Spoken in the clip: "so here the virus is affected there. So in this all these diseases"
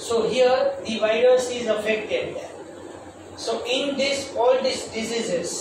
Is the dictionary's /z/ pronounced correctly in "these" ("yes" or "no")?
no